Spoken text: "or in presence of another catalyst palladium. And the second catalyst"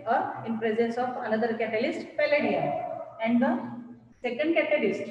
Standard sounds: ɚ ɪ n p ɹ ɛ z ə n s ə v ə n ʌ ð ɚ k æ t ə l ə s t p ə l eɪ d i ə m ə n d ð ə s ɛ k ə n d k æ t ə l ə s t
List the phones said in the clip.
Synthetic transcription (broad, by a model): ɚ ɪ n p ɹ ɛ z ə n s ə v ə n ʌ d ɚ k æ t ə l ə s t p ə l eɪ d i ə ə n d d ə s ɛ k ə n d k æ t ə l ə s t